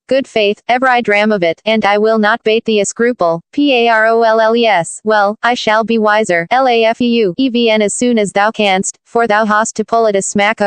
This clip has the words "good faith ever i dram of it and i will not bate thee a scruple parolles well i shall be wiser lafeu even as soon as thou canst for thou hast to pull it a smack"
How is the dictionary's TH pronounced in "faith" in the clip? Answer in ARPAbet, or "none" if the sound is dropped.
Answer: TH